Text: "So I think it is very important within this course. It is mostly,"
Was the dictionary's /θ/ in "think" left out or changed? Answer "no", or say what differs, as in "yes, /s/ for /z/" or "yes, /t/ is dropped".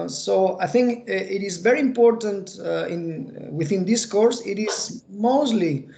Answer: no